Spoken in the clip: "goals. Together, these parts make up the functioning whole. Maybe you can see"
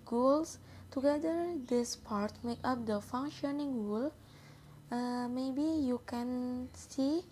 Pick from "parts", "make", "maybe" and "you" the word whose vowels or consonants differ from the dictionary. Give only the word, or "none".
parts